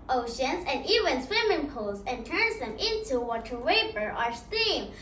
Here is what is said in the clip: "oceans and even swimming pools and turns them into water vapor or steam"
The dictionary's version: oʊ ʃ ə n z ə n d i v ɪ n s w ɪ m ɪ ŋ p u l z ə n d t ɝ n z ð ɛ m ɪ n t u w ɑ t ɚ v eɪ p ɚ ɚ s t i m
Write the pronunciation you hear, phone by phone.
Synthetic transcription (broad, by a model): oʊ ʃ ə n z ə n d i v ɪ n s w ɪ m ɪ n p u l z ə n t ɝ n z ð ɛ m ɪ n t u w ɑ t ɚ w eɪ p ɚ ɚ s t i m